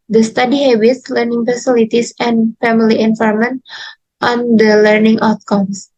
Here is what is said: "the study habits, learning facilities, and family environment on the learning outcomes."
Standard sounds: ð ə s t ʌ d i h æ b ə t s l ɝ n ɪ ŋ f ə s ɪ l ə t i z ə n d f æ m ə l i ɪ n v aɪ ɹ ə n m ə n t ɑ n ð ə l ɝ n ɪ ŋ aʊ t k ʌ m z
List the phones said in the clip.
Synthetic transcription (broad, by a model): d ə s t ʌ d i h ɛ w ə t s l ɝ n ɪ ŋ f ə s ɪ l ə t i s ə n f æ m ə l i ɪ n f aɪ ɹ m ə n t ɑ n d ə l ɝ n ɪ ŋ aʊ t k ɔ m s